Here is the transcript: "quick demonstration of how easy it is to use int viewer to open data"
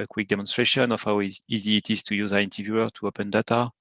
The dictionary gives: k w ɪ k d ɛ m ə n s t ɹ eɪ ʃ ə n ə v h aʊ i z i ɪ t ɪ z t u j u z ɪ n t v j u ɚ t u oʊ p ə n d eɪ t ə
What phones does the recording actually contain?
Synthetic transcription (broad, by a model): k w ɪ k d ɛ m ə n s t ɹ eɪ ʃ ə n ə f h aʊ i z i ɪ t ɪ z t u j u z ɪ n t v j u ɚ t u oʊ p ə n d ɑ t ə